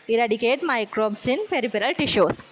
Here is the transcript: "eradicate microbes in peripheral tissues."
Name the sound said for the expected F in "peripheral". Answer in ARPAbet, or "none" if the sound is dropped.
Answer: P